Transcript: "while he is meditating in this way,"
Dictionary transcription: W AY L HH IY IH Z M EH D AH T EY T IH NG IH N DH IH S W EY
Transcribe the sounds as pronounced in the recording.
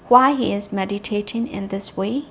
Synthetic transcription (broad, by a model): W AY HH IY IH Z M EH D AH T EY T IH NG IH N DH IH S W EY